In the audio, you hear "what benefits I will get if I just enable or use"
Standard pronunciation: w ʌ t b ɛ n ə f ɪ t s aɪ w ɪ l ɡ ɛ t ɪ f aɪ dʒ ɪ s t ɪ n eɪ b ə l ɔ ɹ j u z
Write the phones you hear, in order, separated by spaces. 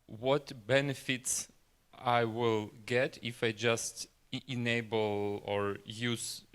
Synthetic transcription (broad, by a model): w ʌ t b ɛ n ə f ɪ t s aɪ w ɪ l ɡ ɛ t ɪ f aɪ dʒ ɪ s t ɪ n eɪ b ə l ɔ ɹ j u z